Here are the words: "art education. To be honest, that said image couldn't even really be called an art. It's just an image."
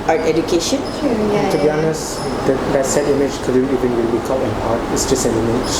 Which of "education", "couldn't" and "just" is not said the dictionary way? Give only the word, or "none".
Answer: couldn't